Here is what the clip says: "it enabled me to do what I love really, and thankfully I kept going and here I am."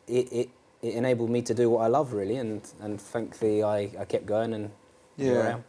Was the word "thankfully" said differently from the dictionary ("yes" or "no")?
yes